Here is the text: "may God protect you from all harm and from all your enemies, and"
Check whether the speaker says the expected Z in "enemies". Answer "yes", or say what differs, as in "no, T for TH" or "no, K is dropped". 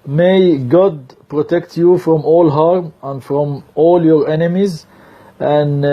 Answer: yes